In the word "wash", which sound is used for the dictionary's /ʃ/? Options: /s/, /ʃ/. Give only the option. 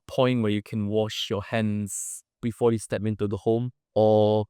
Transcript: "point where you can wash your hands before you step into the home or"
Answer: /ʃ/